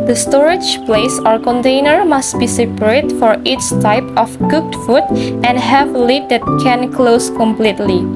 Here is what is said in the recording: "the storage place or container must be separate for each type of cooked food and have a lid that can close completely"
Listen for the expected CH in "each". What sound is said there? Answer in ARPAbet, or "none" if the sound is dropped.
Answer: S